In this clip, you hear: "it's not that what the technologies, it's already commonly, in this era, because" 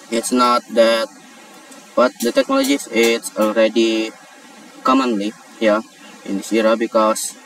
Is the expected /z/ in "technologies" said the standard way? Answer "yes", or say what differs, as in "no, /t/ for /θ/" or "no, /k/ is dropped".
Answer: no, /s/ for /z/